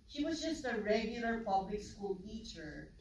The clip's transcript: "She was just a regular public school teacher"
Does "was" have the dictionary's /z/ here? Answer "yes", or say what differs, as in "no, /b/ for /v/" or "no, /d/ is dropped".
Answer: yes